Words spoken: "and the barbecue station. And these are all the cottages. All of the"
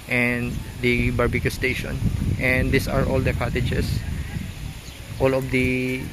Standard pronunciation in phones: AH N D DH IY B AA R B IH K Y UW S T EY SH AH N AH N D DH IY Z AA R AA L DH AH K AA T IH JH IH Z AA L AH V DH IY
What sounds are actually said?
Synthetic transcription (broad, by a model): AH N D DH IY B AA R B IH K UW S T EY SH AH N AH N D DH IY S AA R AA L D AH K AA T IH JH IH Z AA L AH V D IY